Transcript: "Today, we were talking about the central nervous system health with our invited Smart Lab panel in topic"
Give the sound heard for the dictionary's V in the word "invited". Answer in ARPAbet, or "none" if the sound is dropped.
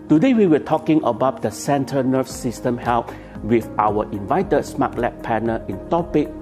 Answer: V